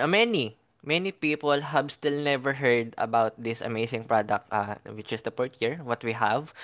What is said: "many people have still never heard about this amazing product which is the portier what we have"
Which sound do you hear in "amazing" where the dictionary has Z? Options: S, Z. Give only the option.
S